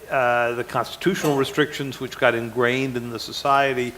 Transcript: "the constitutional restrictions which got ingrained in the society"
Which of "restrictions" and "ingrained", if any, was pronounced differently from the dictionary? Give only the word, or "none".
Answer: none